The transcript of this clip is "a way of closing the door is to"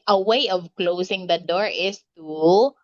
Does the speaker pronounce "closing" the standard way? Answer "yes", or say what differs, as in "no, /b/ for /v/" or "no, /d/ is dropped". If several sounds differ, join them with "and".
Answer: no, /s/ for /z/